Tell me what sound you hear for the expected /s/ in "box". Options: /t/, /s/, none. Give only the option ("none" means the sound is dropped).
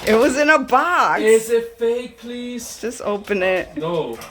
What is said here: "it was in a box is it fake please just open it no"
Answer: none